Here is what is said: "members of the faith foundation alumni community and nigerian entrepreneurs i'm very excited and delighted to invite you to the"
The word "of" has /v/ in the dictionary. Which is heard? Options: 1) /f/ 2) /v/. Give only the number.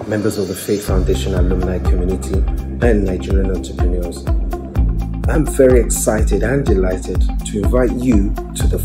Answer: 2